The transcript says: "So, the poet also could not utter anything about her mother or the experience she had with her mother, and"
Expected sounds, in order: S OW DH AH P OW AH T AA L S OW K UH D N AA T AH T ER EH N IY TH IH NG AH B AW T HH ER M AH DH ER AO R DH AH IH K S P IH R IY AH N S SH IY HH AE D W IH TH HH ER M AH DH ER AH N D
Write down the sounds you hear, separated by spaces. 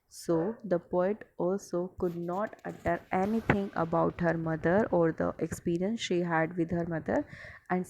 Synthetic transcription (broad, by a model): S OW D AH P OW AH T AA L S OW K UH D N AA T AH T ER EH N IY T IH NG AH B AW T HH ER M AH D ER AO R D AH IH K S P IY R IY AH N S SH IY HH AE D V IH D HH ER M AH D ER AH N D